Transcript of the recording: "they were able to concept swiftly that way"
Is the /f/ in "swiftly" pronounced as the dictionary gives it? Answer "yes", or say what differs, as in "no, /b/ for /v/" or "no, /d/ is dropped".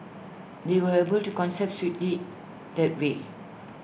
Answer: no, /f/ is dropped